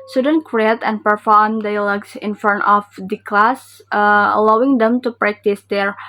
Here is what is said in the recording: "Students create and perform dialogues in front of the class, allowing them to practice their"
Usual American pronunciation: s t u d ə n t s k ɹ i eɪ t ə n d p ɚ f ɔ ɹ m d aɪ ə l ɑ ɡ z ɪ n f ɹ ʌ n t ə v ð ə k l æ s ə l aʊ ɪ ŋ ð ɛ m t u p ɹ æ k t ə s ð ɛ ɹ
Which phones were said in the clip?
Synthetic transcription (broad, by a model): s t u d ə n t k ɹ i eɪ t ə n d p ɚ f ɔ ɹ m d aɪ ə l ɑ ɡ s ɪ n f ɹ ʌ n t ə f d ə k l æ s ə l aʊ ɪ ŋ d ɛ m t u p ɹ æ k t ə s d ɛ ɹ